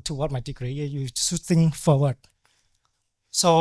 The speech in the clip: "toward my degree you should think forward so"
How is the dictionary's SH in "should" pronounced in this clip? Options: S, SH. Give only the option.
S